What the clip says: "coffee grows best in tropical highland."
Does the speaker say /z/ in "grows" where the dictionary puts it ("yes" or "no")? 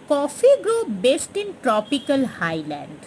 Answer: no